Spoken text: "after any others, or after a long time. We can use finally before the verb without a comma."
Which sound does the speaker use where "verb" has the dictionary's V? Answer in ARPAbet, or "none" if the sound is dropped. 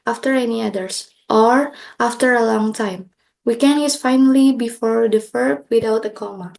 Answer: F